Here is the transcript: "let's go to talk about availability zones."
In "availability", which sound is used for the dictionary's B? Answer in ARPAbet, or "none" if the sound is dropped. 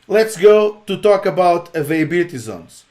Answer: none